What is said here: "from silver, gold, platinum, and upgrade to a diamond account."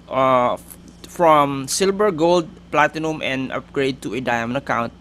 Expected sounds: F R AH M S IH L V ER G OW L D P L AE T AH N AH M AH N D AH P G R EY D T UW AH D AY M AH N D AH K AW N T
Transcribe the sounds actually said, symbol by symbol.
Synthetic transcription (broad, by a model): F R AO M S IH L B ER G OW L D P L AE T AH N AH M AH N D AH P G R EY D T UW AH D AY M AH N AH K AW N T